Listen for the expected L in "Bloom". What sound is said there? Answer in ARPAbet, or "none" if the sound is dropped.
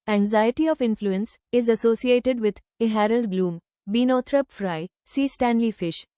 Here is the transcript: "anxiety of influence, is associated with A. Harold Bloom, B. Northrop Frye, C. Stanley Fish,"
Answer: L